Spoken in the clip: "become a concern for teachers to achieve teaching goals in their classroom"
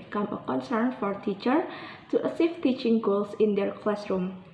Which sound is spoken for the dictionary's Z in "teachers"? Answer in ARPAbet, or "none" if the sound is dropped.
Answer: none